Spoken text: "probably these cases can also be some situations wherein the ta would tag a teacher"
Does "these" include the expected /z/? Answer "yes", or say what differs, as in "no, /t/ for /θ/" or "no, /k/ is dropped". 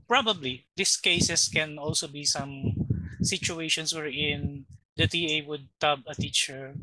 no, /s/ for /z/